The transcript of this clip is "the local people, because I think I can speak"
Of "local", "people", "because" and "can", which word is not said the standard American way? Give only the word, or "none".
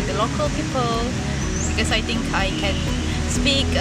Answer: because